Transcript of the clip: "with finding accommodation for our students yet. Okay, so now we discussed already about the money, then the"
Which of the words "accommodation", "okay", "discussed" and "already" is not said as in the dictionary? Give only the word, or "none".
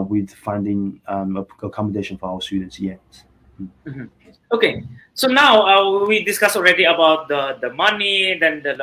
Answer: discussed